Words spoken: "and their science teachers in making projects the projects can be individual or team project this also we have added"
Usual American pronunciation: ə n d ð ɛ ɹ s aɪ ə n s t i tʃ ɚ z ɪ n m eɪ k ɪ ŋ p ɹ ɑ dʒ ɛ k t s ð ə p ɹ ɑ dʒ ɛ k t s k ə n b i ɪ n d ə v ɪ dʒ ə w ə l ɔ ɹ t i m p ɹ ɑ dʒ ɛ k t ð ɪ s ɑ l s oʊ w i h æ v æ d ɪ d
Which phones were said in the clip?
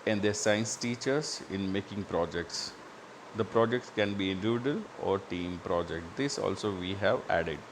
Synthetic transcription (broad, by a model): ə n d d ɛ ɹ s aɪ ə n s t i tʃ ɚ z ɪ n m eɪ k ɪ ŋ p ɹ ɑ dʒ ɛ k t s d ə p ɹ ɑ dʒ ɛ k t s k ə n b i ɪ n d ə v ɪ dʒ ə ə l ɔ ɹ t i m p ɹ ɑ dʒ ɛ k t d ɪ s ɑ l s oʊ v i h æ v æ d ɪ d